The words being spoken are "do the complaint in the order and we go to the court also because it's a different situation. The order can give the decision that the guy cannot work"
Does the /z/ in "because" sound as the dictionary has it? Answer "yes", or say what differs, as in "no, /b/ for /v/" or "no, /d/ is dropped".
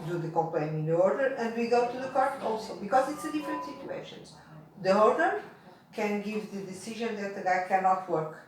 yes